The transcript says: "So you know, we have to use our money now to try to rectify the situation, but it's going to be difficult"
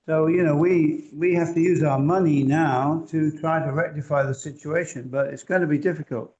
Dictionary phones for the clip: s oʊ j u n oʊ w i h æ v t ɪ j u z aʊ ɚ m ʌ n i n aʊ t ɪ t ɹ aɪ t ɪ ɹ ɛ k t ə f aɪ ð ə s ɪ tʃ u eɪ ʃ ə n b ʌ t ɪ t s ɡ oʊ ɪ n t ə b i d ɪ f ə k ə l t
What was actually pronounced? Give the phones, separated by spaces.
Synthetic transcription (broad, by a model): s oʊ j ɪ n oʊ w i h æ f t ɪ j u z aʊ ɚ m ʌ n i n aʊ t ɪ t ɹ aɪ t ɪ ɹ ɛ k t ə f aɪ ð ə s ɪ tʃ u eɪ ʃ ə n b ʌ t ɪ t s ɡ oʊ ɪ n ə b i d ɪ f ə k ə l t